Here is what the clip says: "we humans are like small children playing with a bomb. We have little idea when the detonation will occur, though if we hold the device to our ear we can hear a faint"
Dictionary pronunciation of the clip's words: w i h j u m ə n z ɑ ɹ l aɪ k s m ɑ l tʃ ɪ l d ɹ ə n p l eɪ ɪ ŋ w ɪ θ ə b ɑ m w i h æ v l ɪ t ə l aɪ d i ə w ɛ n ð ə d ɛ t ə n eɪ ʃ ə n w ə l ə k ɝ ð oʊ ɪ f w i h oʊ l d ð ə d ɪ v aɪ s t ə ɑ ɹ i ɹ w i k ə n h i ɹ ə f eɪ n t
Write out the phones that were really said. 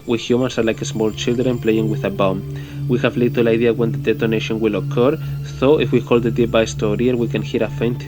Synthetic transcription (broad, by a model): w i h j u m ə n s ɑ ɹ l aɪ k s m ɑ l tʃ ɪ l d ɹ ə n p l eɪ ɪ ŋ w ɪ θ ə b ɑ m w i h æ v l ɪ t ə l aɪ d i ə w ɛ n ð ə d ɛ t ə n eɪ ʃ ə n w ə l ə k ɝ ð oʊ ɪ f w i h oʊ l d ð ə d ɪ b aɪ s t ə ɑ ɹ i ɹ w i k ə n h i ɹ ə f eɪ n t